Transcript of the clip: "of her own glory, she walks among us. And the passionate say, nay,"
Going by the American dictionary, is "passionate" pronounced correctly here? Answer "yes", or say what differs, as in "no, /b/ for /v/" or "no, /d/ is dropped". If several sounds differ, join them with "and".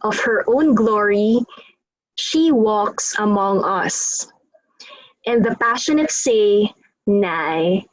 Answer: yes